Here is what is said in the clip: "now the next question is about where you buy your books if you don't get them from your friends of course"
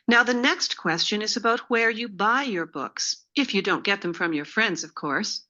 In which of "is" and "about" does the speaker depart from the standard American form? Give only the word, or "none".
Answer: none